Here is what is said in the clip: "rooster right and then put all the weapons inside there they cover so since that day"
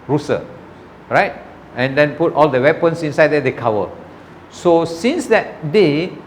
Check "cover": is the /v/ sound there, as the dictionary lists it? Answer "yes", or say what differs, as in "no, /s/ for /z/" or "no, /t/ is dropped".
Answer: no, /w/ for /v/